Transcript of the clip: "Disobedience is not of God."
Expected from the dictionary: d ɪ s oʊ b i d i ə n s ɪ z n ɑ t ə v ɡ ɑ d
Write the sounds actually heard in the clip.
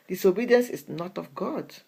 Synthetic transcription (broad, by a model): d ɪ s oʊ b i d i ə n s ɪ s n ɑ t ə f ɡ ɑ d